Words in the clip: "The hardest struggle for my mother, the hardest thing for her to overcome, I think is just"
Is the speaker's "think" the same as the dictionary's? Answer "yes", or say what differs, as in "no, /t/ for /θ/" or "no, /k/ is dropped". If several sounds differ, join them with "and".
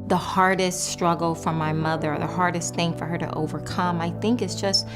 yes